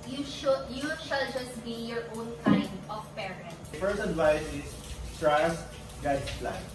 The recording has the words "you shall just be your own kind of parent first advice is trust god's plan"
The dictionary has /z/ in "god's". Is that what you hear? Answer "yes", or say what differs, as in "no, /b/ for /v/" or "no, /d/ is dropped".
no, /s/ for /z/